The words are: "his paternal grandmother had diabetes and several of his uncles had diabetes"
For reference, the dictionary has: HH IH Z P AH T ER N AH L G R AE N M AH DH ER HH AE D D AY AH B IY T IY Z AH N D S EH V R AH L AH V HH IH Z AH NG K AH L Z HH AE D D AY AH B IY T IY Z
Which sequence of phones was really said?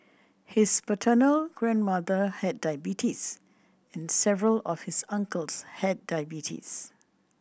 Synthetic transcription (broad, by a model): HH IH S P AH T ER N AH L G R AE N M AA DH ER HH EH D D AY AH B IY T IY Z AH N S EH V R AH L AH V HH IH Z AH NG K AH L S HH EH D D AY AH B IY T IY S